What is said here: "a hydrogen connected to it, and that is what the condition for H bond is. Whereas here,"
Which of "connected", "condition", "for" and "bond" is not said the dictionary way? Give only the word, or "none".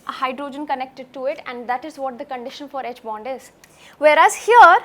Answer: none